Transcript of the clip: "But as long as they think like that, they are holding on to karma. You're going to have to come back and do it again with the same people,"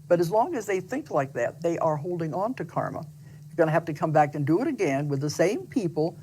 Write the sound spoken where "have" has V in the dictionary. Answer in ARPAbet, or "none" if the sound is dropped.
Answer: F